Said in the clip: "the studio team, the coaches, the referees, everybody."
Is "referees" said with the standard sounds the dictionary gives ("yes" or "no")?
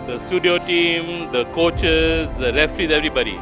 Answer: no